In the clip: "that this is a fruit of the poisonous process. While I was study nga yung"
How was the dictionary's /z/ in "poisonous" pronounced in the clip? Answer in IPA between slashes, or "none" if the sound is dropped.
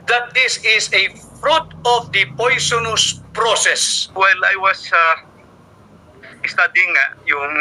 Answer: /s/